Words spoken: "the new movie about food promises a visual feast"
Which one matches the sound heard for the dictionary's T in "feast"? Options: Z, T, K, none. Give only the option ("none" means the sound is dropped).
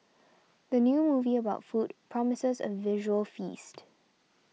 T